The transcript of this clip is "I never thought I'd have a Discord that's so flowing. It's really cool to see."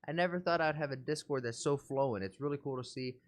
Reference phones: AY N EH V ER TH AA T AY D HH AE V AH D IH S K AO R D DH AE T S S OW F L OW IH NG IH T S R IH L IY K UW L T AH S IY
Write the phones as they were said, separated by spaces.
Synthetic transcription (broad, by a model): AY N EH V ER TH AA T AY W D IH V AH D IH S K AO R D DH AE T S S OW F L OW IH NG IH T S R IH L IY K UW L T AH S IY